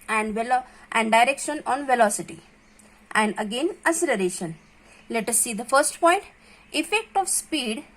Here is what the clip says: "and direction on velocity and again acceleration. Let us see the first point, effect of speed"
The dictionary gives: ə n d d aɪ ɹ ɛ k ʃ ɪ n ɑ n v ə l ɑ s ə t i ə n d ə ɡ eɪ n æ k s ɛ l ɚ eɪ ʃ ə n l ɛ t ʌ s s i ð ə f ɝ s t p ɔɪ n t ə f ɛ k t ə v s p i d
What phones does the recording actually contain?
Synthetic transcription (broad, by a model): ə n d d aɪ ɹ ɛ k ʃ ɪ n ɑ n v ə l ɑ s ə t i ə n d ə ɡ eɪ n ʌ s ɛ l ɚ eɪ ʃ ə n l ɛ t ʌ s s i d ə f ɝ s t p ɔɪ n t ə f ɛ k t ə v s p i d